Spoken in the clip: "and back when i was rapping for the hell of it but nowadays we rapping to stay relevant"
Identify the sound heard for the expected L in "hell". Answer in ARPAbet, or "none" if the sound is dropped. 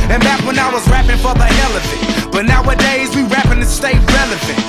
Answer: L